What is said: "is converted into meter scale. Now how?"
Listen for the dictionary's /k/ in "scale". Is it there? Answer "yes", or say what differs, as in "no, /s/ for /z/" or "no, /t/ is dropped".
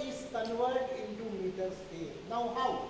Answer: no, /k/ is dropped